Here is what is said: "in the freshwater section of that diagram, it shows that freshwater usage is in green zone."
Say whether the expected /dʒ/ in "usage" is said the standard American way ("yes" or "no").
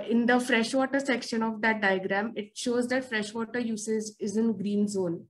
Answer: no